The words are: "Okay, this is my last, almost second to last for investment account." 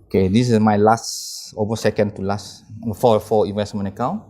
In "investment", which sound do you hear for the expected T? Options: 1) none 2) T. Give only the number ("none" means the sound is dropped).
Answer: 1